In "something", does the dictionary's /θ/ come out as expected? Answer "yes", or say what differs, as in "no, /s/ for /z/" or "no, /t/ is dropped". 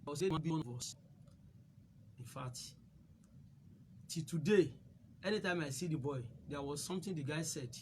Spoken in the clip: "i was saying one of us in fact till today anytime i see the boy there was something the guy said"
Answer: no, /t/ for /θ/